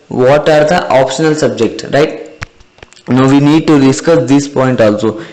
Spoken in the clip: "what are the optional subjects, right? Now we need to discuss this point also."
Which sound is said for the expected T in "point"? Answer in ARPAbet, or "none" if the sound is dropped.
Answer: T